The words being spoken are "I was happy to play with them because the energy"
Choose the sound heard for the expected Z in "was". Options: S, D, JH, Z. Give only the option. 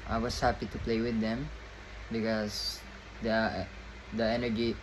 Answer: S